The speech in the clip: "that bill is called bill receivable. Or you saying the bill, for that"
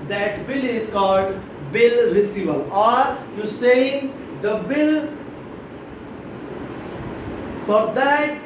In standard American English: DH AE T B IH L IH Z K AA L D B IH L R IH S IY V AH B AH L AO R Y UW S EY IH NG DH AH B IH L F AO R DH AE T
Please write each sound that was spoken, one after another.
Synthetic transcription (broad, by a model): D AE T B IH L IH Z K AA L D B IH L R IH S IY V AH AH L AO R Y UW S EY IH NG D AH B IH L F AO R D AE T